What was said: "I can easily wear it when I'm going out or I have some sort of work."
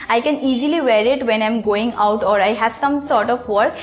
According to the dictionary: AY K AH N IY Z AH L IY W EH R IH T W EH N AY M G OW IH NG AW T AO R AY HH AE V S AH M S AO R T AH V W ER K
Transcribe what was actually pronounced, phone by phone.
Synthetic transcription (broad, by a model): AY K AH N IY Z AH L IY W EH R IH T W EH N AY M G OW IH NG AW T AO R AY HH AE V S AH M S AO R T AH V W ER K